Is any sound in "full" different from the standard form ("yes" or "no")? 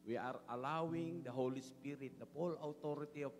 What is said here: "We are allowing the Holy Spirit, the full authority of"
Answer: yes